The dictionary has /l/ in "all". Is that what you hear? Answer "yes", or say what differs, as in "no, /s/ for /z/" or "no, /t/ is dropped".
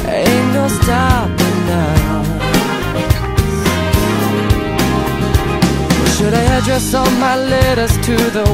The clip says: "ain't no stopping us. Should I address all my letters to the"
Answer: no, /n/ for /l/